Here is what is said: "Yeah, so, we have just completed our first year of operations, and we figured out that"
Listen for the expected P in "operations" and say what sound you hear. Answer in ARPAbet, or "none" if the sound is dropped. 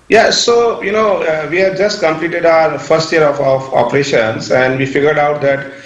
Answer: F